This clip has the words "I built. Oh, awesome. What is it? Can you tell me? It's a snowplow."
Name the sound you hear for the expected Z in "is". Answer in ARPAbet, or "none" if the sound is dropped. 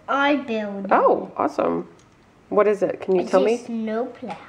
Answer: Z